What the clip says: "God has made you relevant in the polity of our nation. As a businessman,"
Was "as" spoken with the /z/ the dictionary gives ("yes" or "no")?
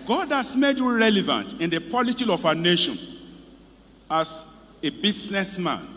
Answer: no